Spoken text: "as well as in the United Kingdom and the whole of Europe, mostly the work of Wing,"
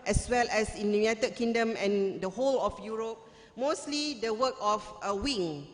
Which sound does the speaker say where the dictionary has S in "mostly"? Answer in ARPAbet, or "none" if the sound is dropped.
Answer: S